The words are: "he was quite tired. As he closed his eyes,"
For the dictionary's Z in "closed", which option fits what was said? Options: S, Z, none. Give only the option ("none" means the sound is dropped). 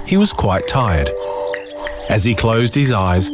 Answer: Z